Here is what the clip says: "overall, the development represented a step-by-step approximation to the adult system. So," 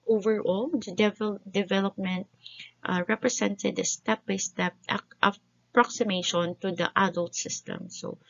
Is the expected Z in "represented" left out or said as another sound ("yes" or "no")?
yes